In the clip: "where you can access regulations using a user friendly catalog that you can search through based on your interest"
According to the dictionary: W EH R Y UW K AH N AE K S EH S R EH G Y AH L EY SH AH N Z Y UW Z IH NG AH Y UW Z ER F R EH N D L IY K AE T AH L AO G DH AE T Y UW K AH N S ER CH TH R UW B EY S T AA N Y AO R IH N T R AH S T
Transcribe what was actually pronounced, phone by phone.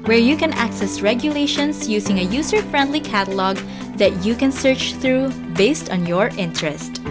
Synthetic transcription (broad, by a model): W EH R Y UW K AH N AE K S EH S R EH G Y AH L EY SH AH N S Y UW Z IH NG AH Y UW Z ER F R EH N D L IY K AE T AH L AO G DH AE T Y UW K AH N S ER CH TH R UW B EY S T AA N Y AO R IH N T R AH S T